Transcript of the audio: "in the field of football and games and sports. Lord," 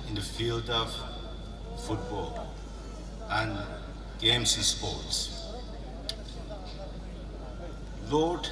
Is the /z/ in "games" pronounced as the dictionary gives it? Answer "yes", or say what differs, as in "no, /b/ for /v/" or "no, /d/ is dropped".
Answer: no, /s/ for /z/